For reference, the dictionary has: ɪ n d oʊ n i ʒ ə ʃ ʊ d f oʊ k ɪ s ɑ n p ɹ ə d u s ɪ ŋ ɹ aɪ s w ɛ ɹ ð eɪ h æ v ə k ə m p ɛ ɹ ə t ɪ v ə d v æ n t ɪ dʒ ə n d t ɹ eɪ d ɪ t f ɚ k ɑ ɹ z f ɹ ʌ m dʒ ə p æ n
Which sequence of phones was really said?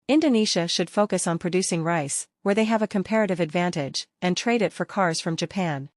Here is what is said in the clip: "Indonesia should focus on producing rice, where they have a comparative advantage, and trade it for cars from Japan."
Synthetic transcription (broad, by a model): ɪ n d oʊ n i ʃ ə ʃ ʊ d f oʊ k ɪ s n p ɹ ə d u s ɪ ŋ ɹ aɪ s w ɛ ɹ ð eɪ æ v ə k ə m p ɛ ɹ ə t ɪ v ə d v æ n t ɪ dʒ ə n t ɹ eɪ d ɪ t f ɚ k ɑ ɹ z f ɹ ʌ m dʒ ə p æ n